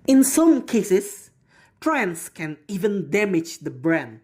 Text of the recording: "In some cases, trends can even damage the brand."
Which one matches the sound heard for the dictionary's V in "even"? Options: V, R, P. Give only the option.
V